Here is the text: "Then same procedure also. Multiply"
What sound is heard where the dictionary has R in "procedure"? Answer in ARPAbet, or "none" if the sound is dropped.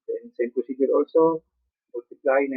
none